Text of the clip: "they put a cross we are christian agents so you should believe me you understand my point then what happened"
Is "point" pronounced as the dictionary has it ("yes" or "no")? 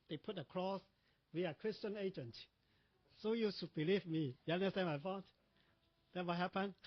no